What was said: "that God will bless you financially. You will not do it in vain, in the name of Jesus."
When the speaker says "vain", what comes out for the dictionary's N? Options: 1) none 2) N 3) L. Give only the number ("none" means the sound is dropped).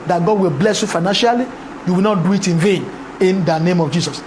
2